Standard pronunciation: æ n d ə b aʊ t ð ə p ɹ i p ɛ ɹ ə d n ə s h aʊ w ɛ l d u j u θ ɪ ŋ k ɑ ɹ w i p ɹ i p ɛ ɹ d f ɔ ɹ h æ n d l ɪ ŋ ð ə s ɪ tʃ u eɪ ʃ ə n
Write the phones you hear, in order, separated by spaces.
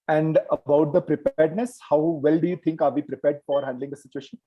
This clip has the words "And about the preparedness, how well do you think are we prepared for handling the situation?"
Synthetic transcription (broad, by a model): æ n d ə b aʊ t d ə p ɹ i p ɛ ɹ d n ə s h aʊ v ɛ l d u j u t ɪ ŋ k ɑ ɹ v i p ɹ i p ɛ ɹ d f ɔ ɹ h æ n d l ɪ ŋ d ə s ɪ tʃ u eɪ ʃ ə n